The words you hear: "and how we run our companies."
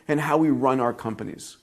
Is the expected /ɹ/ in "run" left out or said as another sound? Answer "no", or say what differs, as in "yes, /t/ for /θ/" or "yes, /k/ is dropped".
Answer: no